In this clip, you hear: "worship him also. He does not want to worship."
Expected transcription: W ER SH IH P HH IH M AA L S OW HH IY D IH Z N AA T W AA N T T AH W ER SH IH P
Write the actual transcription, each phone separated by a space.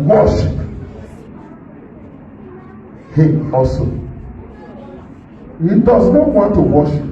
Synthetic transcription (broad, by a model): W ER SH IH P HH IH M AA S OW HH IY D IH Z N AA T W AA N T T AH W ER SH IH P